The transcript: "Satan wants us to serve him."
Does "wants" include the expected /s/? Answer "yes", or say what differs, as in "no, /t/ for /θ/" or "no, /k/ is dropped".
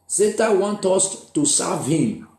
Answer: no, /s/ is dropped